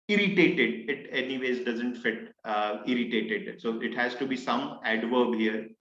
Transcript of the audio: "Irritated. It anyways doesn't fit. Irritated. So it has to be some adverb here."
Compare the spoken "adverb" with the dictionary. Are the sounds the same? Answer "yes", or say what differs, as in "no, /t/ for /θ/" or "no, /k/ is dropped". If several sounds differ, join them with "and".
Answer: yes